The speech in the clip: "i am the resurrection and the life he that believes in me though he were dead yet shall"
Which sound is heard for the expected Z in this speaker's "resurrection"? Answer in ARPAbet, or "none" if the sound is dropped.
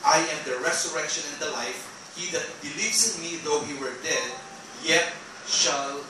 S